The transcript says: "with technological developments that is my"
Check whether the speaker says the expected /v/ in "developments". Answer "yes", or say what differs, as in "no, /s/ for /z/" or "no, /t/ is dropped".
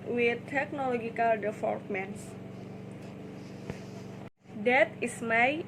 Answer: no, /f/ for /v/